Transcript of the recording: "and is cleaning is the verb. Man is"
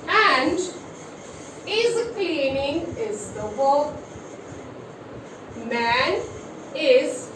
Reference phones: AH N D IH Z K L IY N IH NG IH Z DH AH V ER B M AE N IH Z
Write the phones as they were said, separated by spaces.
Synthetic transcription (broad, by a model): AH N D IH Z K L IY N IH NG IH Z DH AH B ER M AE N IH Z